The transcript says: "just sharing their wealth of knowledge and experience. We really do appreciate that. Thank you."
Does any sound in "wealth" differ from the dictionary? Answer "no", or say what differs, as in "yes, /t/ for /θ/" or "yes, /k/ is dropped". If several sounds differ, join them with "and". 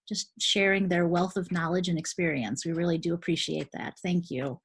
no